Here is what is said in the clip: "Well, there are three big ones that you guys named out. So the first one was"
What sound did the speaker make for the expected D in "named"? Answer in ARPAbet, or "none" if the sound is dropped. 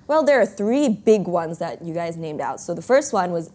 D